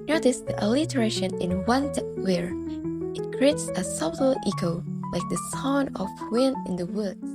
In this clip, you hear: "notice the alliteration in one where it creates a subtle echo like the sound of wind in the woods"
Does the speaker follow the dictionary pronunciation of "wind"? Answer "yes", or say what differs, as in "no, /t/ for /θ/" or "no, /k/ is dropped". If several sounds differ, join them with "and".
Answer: no, /d/ is dropped